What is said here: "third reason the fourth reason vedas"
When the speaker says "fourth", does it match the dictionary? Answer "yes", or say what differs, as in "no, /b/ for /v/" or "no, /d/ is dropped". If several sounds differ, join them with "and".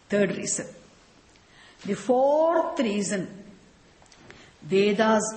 no, /t/ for /θ/